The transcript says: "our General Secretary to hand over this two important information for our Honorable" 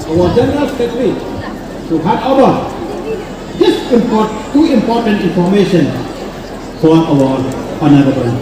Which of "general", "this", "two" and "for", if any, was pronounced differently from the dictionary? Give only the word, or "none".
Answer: this